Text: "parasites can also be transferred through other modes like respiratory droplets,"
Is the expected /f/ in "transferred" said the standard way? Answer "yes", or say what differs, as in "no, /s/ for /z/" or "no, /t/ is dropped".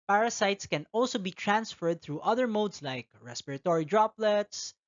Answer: yes